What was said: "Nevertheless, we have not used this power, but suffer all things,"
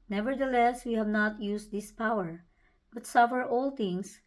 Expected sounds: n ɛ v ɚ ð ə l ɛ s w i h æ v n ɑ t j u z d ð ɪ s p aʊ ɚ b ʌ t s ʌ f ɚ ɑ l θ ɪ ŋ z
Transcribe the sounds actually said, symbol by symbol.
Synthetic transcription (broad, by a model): n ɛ v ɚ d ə l ɛ s w i h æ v n ɑ t j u s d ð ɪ s p aʊ ɚ b ʌ t s ʌ f ɚ ɑ l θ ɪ ŋ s